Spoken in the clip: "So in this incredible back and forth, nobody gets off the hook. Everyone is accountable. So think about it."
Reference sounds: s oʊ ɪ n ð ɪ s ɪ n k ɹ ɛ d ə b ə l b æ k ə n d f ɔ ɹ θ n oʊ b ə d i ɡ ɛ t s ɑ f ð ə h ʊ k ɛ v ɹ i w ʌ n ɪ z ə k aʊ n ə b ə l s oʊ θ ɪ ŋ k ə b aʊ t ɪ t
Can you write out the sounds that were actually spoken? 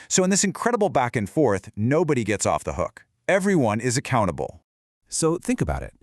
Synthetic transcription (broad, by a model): s oʊ ɪ n ð ɪ s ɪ n k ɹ ɛ d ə b l b æ k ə n f ɔ ɹ θ n oʊ b ə d i ɡ ɛ t s ɑ f ð ə h ʊ k ɛ v ɹ i w ʌ n ɪ z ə k aʊ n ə b l s oʊ θ ɪ ŋ k ə b aʊ t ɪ t